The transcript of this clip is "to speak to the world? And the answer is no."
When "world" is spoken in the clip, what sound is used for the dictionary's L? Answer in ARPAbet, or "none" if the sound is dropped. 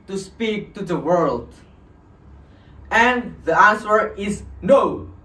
L